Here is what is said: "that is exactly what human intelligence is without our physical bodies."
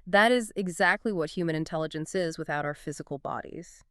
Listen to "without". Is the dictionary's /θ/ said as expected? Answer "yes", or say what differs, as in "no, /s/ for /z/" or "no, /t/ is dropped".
yes